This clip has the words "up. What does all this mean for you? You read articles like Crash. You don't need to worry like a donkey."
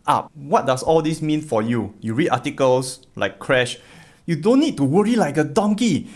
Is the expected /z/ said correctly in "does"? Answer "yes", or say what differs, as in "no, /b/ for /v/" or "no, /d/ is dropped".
no, /s/ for /z/